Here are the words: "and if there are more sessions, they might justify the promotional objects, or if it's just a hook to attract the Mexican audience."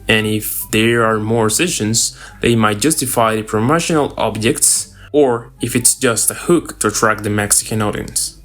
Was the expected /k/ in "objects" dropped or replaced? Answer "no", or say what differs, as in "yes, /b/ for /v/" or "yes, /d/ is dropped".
no